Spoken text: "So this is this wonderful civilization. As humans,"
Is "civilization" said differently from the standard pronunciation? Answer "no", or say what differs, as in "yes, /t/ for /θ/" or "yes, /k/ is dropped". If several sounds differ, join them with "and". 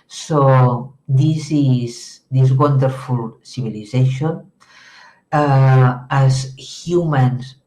yes, /b/ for /v/